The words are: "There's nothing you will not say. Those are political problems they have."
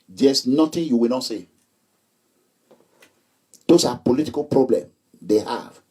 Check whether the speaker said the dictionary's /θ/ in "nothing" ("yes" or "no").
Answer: no